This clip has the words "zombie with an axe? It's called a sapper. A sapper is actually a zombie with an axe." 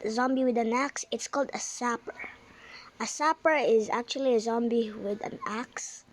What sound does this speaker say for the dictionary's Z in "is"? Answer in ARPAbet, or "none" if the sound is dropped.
Z